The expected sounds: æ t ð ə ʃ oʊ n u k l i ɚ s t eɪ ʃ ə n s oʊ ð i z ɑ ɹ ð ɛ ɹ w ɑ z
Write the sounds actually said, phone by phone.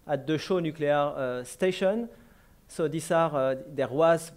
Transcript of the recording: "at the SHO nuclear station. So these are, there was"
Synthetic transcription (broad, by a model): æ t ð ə ʃ oʊ n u k l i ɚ s t eɪ ʃ ə n s oʊ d i s ɑ ɹ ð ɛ ɹ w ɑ z